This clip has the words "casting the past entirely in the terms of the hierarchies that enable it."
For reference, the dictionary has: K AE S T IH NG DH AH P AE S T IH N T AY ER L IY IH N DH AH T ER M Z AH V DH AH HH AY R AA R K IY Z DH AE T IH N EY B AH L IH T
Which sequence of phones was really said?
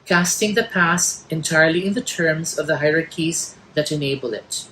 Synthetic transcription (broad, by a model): K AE S T IH NG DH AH P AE S IH N T AY ER L IY IH N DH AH T ER M Z AH V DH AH HH AY R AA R K IY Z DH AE T IH N EY B AH L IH T